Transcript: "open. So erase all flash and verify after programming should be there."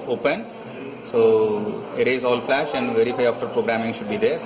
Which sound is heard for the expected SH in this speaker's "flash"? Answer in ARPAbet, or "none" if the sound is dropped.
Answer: SH